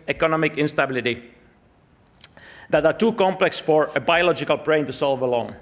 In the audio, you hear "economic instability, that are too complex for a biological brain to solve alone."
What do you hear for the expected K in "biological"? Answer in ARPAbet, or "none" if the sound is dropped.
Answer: K